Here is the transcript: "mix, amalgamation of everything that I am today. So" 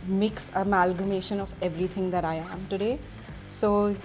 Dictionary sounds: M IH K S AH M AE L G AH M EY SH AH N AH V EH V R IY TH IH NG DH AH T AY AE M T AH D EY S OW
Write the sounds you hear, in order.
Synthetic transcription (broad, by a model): M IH K S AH M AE L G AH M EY SH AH N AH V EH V R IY T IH NG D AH T AY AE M T AH D EY S OW